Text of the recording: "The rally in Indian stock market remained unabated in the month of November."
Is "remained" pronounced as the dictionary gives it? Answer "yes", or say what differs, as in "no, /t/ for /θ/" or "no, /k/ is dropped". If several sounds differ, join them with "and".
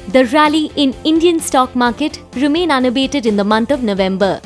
no, /d/ is dropped